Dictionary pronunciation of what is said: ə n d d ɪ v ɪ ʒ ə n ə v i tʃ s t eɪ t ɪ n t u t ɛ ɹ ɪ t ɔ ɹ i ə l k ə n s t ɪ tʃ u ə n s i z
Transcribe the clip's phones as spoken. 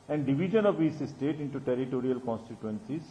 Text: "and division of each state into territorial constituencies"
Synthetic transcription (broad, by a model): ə n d d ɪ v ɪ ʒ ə n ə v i s s t eɪ t ɪ n t u t ɛ ɹ ɪ t ɔ ɹ i ə l k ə n s t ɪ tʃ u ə n s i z